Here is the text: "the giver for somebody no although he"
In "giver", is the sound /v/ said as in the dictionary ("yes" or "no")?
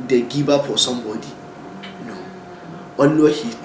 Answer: no